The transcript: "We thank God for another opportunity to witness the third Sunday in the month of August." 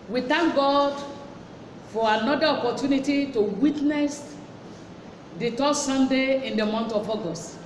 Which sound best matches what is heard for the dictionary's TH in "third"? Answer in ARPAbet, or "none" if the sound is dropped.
T